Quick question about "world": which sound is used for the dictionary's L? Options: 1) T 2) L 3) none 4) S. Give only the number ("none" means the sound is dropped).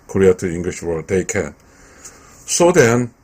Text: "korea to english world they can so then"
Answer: 3